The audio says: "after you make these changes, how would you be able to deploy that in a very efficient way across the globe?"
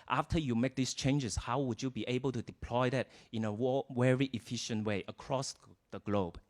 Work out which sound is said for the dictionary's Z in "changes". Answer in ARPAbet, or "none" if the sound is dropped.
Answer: S